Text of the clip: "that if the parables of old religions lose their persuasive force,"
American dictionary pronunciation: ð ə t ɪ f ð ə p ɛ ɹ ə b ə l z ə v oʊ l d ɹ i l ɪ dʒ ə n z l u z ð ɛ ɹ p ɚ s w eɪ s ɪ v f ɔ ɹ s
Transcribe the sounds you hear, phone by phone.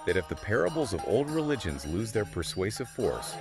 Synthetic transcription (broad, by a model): ð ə t ɪ f ð ə p ɛ ɹ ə b l z ə v oʊ l d ɹ i l ɪ dʒ ə n z l u z ð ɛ ɹ p ɚ s w eɪ s ɪ v f ɔ ɹ s